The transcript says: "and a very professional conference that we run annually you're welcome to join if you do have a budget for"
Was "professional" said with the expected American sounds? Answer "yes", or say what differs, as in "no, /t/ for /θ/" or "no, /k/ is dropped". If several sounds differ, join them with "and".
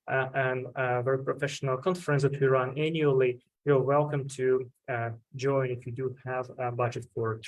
yes